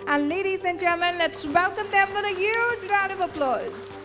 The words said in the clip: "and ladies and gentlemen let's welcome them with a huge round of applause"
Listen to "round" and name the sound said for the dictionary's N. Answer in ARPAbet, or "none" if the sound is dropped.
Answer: none